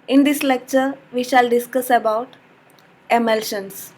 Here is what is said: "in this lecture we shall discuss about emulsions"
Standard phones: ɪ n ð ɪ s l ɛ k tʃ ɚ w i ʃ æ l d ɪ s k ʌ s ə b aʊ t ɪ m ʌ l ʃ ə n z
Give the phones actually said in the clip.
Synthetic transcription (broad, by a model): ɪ n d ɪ s l ɛ k tʃ ɚ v i ʃ æ l d ɪ s k ʌ s ə b aʊ t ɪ m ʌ l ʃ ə n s